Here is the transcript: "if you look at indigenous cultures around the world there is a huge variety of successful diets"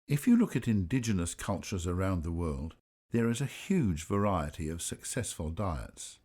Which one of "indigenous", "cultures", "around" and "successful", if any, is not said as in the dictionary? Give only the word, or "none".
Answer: none